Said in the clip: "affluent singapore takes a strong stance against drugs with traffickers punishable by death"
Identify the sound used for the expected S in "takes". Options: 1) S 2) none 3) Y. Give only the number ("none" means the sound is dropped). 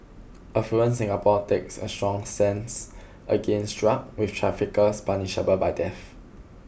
1